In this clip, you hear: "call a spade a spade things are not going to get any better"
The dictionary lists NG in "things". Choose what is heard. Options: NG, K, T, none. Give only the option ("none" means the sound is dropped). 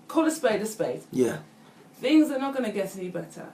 NG